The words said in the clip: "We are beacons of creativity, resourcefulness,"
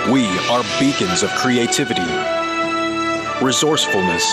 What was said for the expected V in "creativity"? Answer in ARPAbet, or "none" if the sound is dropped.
V